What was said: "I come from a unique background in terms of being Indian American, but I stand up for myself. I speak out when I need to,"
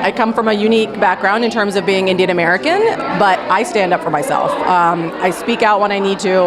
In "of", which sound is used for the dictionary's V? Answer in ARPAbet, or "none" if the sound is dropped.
V